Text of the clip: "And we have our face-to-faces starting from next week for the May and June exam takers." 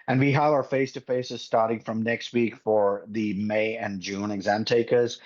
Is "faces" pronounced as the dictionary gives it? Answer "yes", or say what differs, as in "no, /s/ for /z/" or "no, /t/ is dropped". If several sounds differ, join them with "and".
yes